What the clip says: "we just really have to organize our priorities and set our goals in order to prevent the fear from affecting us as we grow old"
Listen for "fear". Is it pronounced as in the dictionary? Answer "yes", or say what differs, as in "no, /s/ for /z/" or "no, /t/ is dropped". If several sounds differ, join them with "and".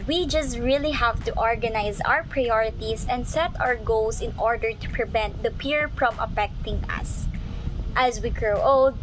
no, /p/ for /f/